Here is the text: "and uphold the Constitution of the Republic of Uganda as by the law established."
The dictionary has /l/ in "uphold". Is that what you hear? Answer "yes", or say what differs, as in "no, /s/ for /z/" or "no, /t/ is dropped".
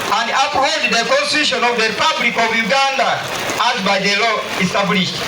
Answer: no, /l/ is dropped